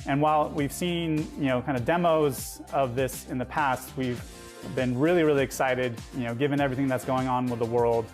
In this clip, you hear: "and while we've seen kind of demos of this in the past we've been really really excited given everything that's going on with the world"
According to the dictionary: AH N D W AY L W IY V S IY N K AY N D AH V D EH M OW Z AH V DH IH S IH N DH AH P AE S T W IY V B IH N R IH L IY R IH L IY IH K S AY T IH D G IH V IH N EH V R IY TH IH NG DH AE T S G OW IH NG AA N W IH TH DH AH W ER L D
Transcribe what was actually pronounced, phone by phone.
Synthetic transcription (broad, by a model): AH N W AY L W IY V S IY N K AY N D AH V D EH M OW Z AH V DH IH S IH N DH AH P AE S T W IY V B IH N R IH L IY R IH L IY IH K S AY T IH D G IH V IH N EH V R IY TH IH NG DH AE T S G OW IH NG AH N W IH DH AH W ER L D